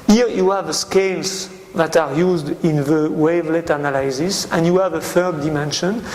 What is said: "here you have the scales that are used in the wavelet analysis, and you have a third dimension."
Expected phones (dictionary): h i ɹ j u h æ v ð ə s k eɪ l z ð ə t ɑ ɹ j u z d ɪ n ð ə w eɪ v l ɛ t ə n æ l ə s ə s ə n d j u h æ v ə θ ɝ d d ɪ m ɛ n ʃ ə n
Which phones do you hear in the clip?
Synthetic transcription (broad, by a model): h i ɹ j u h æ v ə s k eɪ l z ð ə t ɑ ɹ j u z d ɪ n ð ə w eɪ v l ɛ t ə n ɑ l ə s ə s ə n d j u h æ v ə f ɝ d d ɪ m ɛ n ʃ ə n